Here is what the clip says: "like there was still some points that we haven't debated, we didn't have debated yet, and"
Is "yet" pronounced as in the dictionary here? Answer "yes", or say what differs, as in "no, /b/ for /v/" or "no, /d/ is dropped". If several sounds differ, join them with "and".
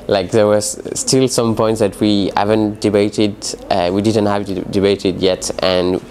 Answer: yes